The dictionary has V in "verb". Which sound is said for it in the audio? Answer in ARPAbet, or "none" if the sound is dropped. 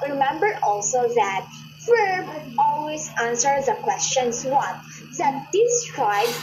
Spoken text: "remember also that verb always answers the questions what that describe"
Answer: F